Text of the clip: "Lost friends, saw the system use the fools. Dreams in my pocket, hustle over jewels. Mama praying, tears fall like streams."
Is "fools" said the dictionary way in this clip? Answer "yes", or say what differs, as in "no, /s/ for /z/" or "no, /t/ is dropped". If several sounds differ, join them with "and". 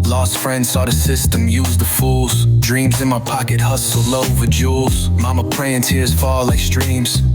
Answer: yes